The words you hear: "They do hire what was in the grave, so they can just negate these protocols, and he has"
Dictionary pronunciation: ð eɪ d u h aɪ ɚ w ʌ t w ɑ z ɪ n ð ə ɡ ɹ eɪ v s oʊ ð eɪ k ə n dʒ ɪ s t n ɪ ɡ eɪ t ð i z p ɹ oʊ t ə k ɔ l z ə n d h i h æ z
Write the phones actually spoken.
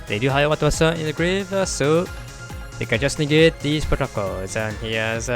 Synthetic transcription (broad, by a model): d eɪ d u h aɪ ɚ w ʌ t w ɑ s ɪ n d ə ɡ ɹ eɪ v s oʊ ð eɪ k ə n dʒ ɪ s n ɪ ɡ eɪ t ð i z p ɹ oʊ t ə k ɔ l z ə n h i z